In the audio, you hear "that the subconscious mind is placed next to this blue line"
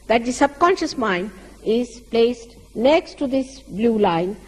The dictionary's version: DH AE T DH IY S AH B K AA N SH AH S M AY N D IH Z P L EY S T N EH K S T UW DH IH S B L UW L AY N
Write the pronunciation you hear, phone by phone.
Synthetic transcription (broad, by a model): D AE T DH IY S AH B K AA N SH AH S M AY N D IH Z P L EY S T N EH K S T UW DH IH S B L UW L AY N